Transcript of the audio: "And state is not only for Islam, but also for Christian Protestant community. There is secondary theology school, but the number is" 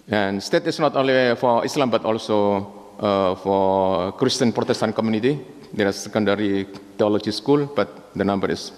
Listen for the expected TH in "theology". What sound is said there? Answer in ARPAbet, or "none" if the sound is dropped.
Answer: T